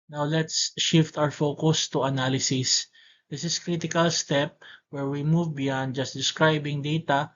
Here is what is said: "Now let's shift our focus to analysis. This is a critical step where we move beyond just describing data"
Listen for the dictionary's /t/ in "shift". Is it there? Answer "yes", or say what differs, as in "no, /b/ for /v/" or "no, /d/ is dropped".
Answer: yes